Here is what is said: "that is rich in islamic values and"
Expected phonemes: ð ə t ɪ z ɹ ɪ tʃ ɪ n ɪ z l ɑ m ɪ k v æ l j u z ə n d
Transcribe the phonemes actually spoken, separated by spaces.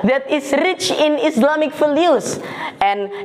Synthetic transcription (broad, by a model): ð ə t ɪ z ɹ ɪ tʃ ɪ n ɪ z l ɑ m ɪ k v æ l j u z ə n